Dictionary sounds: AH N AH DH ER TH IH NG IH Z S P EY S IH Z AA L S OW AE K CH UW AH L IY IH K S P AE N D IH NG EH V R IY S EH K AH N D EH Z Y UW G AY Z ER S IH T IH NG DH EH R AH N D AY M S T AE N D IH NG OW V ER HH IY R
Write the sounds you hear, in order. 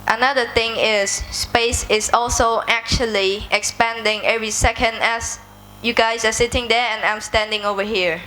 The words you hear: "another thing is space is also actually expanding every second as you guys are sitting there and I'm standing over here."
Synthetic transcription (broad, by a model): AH N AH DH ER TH IH NG IH S P EY S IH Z AA L S OW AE K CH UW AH L IY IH K S P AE N D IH NG EH V R IY S EH K AH N D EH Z Y UW G AY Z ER S IH T IH NG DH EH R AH N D AY M S T AE N D IH NG OW V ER HH IY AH